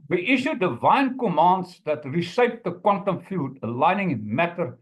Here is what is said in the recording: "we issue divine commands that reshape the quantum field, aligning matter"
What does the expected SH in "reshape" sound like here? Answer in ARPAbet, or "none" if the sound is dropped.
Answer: S